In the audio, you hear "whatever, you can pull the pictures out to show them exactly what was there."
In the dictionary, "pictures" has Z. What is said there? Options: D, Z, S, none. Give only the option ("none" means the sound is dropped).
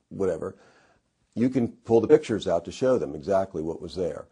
Z